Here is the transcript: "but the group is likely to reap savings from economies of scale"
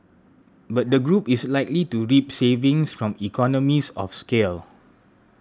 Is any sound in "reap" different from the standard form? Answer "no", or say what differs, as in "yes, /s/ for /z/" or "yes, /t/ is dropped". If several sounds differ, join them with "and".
no